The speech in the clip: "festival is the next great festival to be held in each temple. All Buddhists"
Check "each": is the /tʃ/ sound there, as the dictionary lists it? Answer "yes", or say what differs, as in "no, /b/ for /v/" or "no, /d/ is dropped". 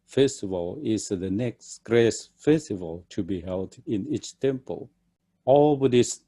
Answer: yes